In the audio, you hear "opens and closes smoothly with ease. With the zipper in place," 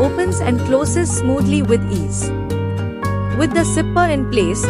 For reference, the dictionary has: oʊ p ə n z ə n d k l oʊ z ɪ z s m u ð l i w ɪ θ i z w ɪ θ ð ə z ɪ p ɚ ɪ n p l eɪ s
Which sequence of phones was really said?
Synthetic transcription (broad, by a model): oʊ p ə n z ə n d k l oʊ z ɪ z s m u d l i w ɪ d i z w ɪ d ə s ɪ p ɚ ɪ n p l eɪ s